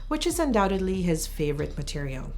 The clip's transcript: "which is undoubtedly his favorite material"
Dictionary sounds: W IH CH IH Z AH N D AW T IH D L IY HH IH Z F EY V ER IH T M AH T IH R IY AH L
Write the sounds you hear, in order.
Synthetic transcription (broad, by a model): W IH CH IH Z AH N D AW T IH D L IY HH IH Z F EY V ER IH T M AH T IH R IY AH L